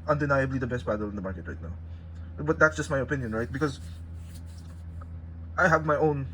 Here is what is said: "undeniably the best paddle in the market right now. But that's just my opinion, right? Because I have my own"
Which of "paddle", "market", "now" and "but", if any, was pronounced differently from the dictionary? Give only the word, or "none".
paddle